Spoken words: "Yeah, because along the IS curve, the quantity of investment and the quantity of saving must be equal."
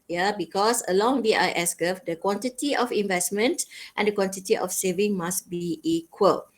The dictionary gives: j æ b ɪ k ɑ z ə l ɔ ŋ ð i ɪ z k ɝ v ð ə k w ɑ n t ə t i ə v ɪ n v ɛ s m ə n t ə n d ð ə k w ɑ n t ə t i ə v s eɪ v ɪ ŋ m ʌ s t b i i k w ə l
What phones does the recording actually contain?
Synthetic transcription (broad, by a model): j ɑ b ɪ k ɑ s ə l ɔ ŋ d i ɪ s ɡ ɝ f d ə k w ɑ n t ə t i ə f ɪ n v ɛ s m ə n t ə n d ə k w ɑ n t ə t i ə f s eɪ v ɪ ŋ m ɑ s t b i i k w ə l